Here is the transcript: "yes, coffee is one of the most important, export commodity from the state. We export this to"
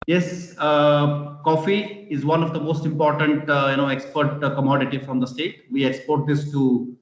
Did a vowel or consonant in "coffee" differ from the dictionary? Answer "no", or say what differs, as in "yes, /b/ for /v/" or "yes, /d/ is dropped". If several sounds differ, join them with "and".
no